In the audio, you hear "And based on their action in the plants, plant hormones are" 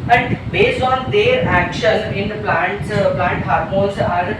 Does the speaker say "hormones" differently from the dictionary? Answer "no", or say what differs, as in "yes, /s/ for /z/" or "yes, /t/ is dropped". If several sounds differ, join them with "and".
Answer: yes, /n/ is dropped